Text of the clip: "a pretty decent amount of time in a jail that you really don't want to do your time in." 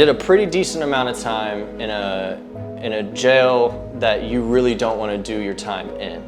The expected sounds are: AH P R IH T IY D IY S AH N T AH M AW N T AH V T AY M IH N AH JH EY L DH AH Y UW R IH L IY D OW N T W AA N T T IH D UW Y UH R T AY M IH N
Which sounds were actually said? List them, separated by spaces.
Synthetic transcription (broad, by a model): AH P R IH T IY D IY S AH N T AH M AW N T AH V T AY M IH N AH JH EY L DH AH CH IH R IH L IY D OW N T W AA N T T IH D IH Y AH R T AY M IH N